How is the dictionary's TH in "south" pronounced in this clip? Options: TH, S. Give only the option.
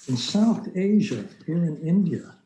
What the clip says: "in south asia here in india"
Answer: TH